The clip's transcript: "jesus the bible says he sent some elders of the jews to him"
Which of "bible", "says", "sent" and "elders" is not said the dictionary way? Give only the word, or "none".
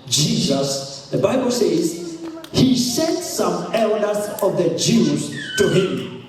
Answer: none